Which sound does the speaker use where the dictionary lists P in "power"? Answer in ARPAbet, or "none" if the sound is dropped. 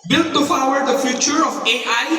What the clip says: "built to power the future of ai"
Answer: F